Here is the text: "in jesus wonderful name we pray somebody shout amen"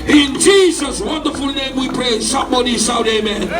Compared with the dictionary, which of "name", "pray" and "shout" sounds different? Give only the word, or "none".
shout